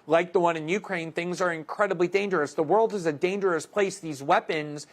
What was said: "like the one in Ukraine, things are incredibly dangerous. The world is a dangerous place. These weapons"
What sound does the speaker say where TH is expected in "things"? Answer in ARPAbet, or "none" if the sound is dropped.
TH